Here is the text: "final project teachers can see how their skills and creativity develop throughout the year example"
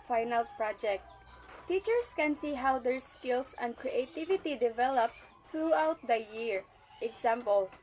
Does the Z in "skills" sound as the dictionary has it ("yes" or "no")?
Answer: no